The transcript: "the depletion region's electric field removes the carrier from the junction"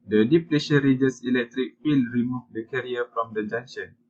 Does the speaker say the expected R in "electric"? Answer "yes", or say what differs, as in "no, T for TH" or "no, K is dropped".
yes